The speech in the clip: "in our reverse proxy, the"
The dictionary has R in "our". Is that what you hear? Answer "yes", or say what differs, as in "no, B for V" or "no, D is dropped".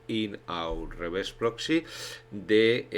no, W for R